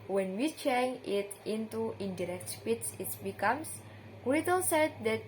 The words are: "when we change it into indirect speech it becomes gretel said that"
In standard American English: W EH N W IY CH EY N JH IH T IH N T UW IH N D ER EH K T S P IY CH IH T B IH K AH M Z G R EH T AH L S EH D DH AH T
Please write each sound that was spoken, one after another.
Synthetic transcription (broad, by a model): W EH N W IY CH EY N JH IH T IH N T UW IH N D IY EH K T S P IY S IH T B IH K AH M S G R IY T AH L S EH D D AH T